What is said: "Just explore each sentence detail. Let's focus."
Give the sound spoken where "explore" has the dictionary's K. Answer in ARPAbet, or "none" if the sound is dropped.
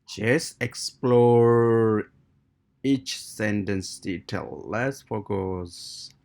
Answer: K